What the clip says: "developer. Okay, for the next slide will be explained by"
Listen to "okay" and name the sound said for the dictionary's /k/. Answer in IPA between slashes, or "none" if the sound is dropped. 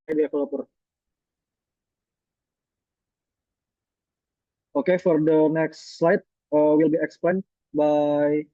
/k/